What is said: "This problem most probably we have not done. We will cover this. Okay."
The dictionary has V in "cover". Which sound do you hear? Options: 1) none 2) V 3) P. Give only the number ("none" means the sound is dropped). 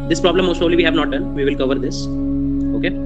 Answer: 2